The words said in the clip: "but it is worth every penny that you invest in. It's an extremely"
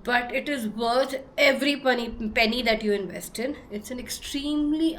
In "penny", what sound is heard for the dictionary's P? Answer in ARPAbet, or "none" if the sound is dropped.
P